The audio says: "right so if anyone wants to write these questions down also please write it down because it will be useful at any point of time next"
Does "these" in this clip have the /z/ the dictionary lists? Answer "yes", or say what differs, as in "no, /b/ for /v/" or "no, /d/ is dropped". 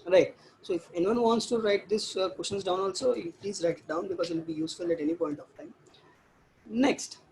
no, /s/ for /z/